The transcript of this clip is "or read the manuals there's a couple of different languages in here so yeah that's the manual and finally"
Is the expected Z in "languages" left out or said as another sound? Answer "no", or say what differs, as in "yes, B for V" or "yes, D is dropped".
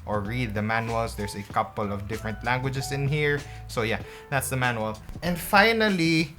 yes, S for Z